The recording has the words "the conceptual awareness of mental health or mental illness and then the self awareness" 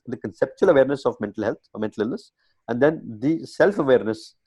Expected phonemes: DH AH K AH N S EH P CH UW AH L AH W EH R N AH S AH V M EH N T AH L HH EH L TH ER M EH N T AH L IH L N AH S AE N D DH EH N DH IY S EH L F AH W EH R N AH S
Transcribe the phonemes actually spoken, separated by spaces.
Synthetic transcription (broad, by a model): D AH K AH N S EH P CH UW AH L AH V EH R N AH S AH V M EH N T AH L HH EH L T M EH N T AH L IH L N AH S AE N D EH N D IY S EH L F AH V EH R N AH S